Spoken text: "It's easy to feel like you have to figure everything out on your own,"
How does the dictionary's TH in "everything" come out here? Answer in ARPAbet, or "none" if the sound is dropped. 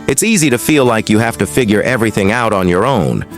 TH